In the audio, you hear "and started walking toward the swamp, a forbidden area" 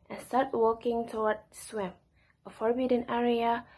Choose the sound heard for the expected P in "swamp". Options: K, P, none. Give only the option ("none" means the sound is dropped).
none